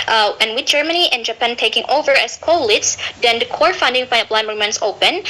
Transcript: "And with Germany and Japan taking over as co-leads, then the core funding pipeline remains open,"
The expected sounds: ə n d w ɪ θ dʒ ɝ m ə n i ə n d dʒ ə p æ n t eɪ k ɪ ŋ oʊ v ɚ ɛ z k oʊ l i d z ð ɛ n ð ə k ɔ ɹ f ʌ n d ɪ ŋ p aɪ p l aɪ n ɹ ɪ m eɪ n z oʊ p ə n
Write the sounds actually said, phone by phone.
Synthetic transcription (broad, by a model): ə n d w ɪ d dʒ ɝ m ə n i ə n dʒ ə p æ n t eɪ k ɪ ŋ oʊ v ɚ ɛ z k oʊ l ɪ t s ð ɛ n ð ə k ɔ ɹ f ʌ n d ɪ ŋ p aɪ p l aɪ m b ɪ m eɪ n s oʊ p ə n